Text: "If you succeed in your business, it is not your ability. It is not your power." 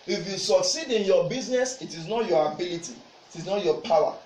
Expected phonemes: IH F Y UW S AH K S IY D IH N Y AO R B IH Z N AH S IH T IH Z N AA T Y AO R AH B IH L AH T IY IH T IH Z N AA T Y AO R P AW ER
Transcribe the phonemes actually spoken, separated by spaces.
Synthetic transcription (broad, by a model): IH F Y UW S AH K S IY D IH N Y AO B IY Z N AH S IH T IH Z N AA T Y AO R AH B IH L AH T IY T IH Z N AA T Y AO P AW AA